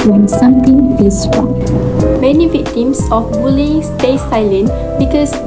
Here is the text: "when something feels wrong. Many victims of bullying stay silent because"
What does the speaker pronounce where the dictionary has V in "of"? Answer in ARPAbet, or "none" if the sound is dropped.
F